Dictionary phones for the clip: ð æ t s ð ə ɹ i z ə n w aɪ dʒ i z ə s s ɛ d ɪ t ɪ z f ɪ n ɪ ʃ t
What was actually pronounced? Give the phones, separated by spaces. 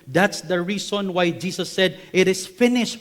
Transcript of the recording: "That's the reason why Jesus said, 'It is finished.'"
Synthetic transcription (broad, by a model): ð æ t s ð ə ɹ i s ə n w aɪ dʒ i s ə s s ɛ d ɪ t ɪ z f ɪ n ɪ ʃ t